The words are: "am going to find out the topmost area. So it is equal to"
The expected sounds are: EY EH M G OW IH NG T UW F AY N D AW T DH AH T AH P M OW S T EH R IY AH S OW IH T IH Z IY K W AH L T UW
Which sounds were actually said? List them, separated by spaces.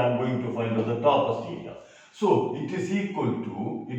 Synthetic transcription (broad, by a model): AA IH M G OW IH NG T UW F AY N D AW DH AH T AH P OW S IY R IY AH S OW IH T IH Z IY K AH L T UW